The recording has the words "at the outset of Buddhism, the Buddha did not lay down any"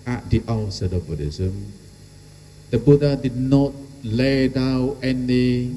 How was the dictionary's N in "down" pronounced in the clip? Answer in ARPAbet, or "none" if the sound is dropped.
none